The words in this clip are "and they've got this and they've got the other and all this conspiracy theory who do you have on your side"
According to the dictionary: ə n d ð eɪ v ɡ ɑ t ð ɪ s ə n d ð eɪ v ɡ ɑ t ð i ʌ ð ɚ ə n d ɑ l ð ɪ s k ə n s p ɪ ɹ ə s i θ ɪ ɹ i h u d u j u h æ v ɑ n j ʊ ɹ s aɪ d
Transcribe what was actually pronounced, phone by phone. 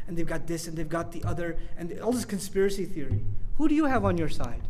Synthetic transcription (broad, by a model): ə n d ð eɪ v ɡ ɑ t ð ɪ s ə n ð eɪ v ɡ ɑ t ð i ʌ ð ɚ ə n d ɑ l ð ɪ s k ə n s p ɪ ɹ ə s i θ ɪ ɹ i h u d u j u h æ v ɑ n j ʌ ɹ s aɪ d